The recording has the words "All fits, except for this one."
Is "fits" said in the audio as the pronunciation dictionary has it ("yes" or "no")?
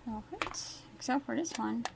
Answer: no